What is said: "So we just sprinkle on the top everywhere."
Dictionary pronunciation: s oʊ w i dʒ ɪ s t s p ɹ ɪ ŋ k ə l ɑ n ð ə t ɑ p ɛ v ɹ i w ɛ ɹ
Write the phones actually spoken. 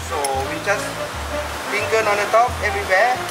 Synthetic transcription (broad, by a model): s oʊ w i dʒ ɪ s s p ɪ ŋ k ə n ɑ n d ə t ɑ p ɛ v ɹ i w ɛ